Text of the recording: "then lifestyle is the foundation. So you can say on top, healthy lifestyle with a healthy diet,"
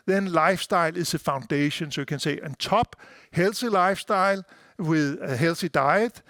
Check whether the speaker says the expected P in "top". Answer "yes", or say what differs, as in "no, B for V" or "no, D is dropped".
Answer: no, B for P